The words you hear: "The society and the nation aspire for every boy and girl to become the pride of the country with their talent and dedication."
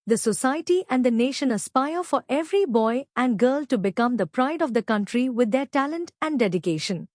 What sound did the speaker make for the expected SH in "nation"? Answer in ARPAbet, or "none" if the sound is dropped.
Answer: SH